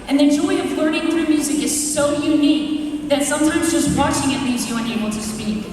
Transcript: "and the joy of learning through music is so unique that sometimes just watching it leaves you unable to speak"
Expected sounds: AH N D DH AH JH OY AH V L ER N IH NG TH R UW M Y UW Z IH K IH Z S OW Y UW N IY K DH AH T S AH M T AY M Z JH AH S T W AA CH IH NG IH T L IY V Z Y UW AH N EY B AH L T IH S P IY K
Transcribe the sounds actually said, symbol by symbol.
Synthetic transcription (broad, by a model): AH N DH AH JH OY AH V L ER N IH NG TH R UW M Y UW Z IH K IH Z S OW Y UW N IY K DH AH T S AH M T AY M Z JH AH S T W AA CH IH NG IH T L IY Z Y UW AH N EY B L T IH S P IY K